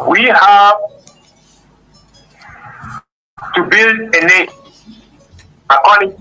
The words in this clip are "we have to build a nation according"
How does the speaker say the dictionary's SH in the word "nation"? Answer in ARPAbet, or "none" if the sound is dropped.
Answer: none